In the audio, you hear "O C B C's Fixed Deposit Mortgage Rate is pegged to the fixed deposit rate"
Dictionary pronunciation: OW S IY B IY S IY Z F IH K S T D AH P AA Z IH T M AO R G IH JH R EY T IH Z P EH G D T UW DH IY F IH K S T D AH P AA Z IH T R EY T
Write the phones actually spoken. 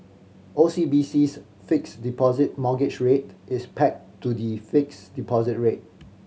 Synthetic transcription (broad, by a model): OW S IY B IY S IY S F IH K S D AH P AA Z IH T M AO G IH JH R EY T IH S P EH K T UW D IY F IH K S D AH P AA Z IH T R EY T